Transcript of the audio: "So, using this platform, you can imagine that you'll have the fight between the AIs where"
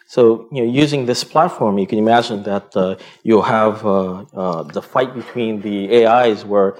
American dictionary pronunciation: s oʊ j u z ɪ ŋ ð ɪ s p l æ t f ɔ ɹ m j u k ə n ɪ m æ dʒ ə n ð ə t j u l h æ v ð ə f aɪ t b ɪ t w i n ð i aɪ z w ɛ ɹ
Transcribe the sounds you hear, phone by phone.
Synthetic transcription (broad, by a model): s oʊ j u z ɪ ŋ ð ɪ s p l æ t f ɔ ɹ m j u k ə n ɪ m æ dʒ ə n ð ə t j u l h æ v ð ə f aɪ t b ɪ t w i n ð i aɪ z w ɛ ɹ